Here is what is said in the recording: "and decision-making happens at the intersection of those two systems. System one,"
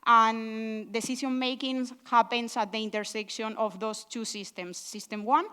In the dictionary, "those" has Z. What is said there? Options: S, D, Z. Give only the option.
S